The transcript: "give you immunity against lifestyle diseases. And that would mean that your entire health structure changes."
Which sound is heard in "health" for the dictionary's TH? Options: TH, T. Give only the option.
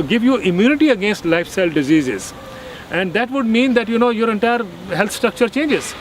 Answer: T